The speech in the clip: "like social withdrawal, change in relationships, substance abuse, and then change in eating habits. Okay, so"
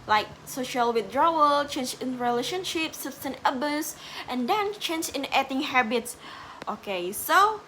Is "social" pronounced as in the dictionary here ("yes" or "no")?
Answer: yes